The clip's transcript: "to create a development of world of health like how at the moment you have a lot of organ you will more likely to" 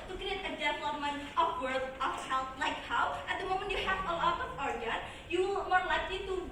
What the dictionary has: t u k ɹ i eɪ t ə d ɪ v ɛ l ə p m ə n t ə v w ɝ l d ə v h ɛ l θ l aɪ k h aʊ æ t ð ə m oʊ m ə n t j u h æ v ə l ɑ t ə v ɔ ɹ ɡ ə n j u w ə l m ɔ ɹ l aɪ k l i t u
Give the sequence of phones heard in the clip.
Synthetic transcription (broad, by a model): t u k i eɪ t ə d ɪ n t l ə m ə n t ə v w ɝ d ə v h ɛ l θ l aɪ k h aʊ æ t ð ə m oʊ m ə n t j u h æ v ə l ɑ t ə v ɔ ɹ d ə j u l m ɔ ɹ l aɪ k l i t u